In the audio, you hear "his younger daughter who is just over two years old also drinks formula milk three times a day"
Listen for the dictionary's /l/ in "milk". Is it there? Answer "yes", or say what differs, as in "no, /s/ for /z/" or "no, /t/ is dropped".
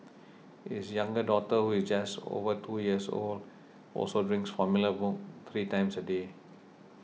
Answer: no, /l/ is dropped